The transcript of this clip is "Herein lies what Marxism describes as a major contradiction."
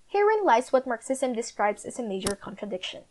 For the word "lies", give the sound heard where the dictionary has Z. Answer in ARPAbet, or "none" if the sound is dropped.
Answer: S